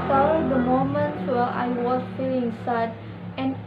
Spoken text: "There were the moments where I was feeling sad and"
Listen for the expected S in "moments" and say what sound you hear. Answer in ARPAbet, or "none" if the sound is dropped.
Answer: none